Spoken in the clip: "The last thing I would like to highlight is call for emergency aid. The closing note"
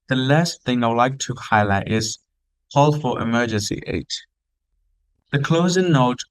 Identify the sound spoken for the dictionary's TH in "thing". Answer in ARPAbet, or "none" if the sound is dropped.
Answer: TH